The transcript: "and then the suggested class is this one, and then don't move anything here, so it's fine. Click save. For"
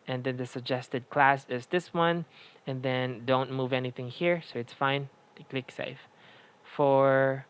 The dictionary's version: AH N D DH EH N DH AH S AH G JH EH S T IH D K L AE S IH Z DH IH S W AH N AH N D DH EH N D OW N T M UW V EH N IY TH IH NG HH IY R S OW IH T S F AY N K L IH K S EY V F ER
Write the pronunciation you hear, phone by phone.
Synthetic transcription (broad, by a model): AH N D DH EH N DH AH S AH G JH EH S T IH D K L AE S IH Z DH IH S W AH N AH N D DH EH N D OW N T M UW V EH N IY TH IH NG HH IY R S OW IH T S F AY N K L IH K S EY F F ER